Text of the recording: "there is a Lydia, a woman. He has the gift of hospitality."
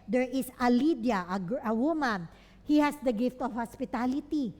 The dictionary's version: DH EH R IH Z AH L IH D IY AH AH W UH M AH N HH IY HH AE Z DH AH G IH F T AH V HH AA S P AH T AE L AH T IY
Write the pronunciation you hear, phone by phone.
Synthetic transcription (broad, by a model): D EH R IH S AH L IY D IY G AH W UH M AH N HH IY HH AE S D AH G IH F T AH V HH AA S P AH T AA L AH T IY